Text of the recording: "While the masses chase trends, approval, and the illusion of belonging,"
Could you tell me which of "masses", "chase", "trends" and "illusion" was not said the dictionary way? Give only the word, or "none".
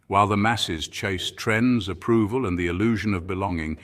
none